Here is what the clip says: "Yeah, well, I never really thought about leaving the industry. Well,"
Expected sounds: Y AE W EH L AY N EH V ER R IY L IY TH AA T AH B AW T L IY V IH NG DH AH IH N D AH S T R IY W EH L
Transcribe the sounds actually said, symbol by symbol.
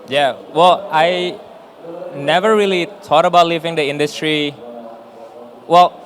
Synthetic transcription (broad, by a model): Y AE W EH L AY N EH V ER R IY L IY T AA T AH B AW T L IY V IH NG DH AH IH N D AH S T R IY W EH L